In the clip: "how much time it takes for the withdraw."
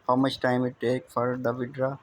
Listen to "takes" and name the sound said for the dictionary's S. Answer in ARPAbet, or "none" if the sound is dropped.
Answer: none